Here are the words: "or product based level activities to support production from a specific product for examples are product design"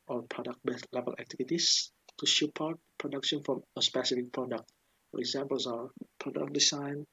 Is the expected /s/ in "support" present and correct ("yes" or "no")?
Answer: no